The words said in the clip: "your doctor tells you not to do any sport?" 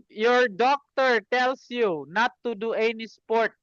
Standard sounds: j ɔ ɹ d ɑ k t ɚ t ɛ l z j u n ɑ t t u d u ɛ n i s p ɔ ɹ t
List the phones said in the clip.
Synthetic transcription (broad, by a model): j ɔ ɹ d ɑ k t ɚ t ɛ l s j u n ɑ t t u d u ɛ n i s p ɔ ɹ t